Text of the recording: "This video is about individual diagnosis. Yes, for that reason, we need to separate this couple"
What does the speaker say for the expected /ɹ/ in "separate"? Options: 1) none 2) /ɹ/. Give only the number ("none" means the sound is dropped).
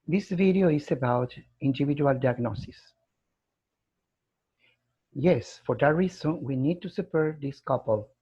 1